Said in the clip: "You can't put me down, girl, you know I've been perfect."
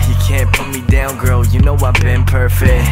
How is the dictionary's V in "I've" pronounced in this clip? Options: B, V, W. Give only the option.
W